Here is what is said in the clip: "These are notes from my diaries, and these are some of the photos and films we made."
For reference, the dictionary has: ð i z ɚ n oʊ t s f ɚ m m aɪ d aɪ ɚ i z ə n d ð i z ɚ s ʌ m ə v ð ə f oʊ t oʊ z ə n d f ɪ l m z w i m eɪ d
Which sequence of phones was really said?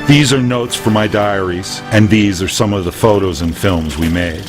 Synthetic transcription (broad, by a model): ð i z ɚ n oʊ t s f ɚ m m aɪ d aɪ ɚ i z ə n ð i z ɚ s ʌ m ə v ð ə f oʊ t oʊ z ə n f ɪ l m z w i m eɪ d